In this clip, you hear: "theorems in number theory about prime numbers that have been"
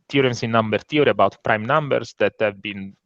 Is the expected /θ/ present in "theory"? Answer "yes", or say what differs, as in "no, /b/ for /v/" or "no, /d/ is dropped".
no, /t/ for /θ/